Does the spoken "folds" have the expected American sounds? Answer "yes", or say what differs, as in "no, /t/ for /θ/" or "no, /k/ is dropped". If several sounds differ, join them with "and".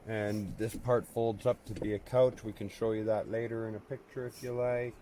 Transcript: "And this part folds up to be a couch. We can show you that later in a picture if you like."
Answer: yes